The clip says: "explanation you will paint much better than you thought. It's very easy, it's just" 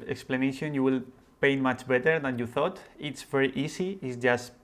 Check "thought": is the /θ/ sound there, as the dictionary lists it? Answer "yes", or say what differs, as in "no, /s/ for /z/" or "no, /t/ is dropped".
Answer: yes